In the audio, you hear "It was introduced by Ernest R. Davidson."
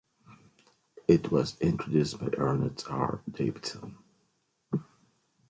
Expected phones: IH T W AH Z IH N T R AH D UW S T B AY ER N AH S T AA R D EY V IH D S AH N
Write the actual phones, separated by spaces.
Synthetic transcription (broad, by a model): IH T W AH Z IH N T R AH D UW S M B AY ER N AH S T AA R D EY IH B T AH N